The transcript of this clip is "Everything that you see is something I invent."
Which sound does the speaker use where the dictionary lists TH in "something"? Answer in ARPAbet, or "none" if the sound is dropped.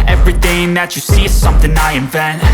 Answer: TH